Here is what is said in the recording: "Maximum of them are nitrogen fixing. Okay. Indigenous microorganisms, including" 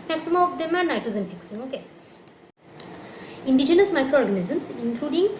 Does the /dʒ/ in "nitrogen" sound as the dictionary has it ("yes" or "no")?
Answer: no